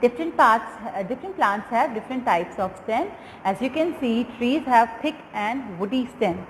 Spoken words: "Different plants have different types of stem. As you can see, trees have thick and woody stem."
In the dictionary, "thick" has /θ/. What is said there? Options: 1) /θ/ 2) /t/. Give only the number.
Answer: 2